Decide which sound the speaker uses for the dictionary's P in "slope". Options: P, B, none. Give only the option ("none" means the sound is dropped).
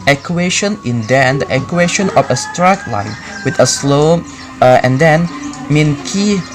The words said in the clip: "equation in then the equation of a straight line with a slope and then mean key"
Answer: none